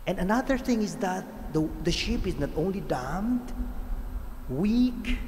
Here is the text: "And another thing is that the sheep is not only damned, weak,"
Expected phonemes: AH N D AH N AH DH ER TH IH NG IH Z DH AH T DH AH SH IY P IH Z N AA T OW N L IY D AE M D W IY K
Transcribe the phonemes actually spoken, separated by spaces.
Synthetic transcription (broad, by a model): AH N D AH N AH DH ER TH IH NG IH Z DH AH T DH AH SH IY P IH Z N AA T OW N L IY D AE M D W IY K